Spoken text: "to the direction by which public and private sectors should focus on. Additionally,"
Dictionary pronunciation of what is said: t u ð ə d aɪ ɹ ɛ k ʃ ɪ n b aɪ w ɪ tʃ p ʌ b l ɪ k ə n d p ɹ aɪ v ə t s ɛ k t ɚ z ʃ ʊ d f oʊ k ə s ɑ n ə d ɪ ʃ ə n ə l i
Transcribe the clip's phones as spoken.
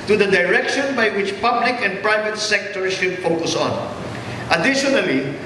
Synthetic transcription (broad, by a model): t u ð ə d aɪ ɹ ɛ k ʃ ɪ n b aɪ w ɪ tʃ p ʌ b l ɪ k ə n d p ɹ aɪ v ə t s ɛ k t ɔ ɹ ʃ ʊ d f oʊ k ə s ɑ n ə d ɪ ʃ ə n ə l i